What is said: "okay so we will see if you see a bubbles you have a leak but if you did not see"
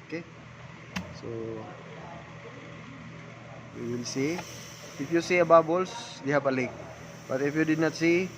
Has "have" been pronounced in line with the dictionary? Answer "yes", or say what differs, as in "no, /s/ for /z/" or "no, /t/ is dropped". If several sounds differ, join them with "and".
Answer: no, /p/ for /v/